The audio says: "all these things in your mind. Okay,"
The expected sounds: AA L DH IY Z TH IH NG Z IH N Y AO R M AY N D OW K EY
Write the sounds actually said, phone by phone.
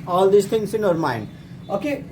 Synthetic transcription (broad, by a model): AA L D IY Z T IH NG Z IH N Y AO R M AY N D OW K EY